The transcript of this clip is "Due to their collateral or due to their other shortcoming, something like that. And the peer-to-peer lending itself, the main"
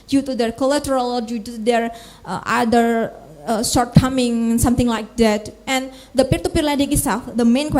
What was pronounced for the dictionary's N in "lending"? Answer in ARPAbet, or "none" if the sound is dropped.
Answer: none